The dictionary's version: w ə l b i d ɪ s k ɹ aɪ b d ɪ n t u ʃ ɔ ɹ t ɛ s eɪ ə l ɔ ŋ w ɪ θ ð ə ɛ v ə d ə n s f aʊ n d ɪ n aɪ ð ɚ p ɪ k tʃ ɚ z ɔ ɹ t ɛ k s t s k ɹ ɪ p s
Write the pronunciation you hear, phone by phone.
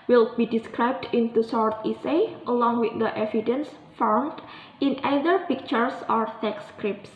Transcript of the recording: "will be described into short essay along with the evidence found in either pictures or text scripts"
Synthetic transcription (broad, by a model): w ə l b i d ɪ s k ɹ aɪ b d ɪ n t u s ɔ ɹ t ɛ s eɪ ə l ɔ ŋ w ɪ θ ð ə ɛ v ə d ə n s f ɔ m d ɪ n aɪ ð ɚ p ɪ k tʃ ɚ s ɔ ɹ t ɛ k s s k ɹ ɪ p s